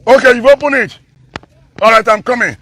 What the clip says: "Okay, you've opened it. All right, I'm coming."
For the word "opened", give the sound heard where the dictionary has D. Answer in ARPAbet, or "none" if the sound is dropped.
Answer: none